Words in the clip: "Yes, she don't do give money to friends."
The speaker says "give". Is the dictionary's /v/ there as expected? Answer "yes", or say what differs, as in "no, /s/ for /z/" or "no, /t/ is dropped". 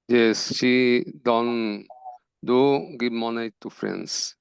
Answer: no, /b/ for /v/